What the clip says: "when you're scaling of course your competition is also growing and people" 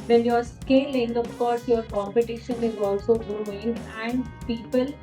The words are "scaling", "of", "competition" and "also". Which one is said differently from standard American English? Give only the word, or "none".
of